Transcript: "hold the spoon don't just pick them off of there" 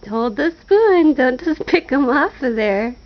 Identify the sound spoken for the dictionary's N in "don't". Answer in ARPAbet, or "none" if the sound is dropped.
N